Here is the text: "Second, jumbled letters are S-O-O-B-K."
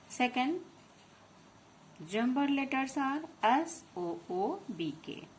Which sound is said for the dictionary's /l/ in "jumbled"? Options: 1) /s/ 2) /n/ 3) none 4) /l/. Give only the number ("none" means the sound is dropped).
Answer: 3